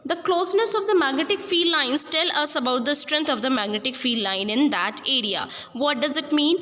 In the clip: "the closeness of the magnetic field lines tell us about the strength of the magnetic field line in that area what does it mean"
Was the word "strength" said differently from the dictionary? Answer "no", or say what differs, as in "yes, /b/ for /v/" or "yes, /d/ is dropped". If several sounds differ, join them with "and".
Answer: yes, /t/ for /θ/